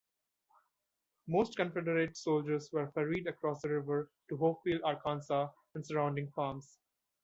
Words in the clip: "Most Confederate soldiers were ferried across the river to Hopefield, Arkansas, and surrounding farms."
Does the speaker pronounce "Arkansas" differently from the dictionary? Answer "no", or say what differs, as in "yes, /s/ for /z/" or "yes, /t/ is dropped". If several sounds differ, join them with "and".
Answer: no